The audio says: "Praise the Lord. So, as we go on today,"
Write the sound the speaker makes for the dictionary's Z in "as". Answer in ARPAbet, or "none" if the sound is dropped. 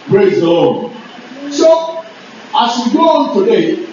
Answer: S